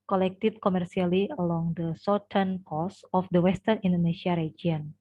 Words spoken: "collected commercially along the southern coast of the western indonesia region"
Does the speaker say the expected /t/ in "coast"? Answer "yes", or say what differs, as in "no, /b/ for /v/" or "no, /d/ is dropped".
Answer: no, /t/ is dropped